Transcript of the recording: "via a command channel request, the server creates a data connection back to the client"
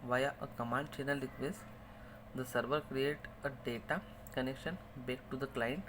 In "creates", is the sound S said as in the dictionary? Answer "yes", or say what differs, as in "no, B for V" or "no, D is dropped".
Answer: no, S is dropped